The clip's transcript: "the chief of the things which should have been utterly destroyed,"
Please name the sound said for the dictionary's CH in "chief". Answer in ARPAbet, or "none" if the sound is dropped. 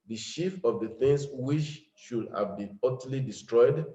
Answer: SH